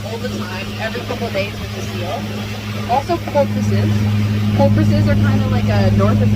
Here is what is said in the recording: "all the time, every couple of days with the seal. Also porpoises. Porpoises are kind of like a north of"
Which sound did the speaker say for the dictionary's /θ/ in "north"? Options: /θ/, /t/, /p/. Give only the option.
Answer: /θ/